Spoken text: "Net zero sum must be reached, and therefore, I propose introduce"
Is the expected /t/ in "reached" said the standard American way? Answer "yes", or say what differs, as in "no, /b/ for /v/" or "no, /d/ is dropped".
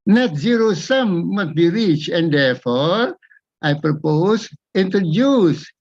no, /t/ is dropped